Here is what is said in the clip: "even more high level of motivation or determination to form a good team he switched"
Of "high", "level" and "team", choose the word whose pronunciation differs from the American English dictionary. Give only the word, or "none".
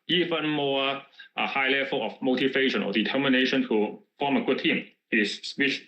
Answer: level